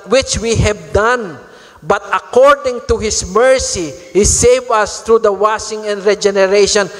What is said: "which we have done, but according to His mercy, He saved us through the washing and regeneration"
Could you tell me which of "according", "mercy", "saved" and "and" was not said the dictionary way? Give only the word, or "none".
saved